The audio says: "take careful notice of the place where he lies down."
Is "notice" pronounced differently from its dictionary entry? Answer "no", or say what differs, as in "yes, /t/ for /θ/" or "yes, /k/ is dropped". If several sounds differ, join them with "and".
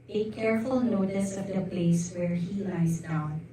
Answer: no